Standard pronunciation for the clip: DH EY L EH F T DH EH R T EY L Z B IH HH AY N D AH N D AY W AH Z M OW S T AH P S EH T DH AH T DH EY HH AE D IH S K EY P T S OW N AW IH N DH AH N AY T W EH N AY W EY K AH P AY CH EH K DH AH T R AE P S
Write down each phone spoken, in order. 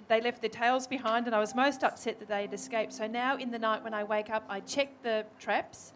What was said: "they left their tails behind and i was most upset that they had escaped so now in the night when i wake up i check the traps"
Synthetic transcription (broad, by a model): DH EY L EH F T DH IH R T EY L Z B IH HH AY N D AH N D AY W AH Z M OW S T AH P S EH T DH AH T DH EY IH D IH S K EY P T S OW N AW IH N DH AH N AY T W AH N AY W EY K AH P AY CH EH K DH AH T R AE P S